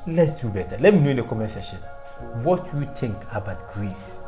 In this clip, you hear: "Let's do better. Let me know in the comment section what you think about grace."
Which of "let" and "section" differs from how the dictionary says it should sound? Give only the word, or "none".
section